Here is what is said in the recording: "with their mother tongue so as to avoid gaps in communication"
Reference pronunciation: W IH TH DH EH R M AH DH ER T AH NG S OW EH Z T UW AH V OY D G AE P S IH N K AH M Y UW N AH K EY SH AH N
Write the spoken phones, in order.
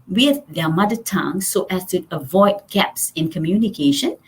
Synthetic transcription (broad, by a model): W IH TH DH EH M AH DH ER T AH NG S OW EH S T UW AH V OY D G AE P S IH N K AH M Y UW N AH K EY SH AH N